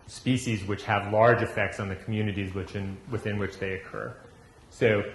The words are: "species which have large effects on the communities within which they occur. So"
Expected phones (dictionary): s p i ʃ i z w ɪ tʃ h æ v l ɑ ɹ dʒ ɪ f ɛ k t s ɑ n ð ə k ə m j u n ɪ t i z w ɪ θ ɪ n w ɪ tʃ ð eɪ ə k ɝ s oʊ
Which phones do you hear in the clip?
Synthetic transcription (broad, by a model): s p i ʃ i z w ɪ tʃ h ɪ v l ɑ ɹ dʒ ɪ f ɛ k t s n ð ə k m j u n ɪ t i z w ɪ θ ɪ n w ɪ tʃ ð eɪ ə k ɝ s oʊ